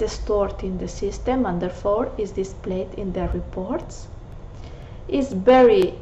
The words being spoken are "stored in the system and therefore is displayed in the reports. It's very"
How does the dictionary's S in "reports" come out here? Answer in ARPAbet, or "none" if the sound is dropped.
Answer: S